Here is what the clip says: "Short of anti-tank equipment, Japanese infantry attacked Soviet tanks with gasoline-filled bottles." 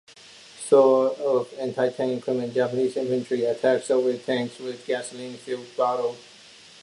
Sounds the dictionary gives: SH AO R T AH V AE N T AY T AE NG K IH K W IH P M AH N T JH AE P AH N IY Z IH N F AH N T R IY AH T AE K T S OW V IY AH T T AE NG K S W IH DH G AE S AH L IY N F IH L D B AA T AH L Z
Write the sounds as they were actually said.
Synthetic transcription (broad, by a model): S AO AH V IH N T AY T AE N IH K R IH M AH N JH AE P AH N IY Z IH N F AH N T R IY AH T AE K S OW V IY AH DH T AE NG K S W IH DH G AE S AH L IY N F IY L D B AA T L